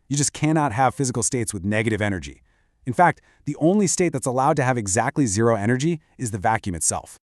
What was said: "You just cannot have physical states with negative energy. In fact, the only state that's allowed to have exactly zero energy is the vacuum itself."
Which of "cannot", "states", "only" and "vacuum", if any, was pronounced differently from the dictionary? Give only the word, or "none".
none